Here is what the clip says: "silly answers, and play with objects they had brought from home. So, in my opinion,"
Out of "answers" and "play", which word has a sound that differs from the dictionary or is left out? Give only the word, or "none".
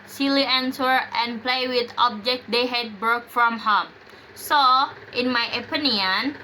answers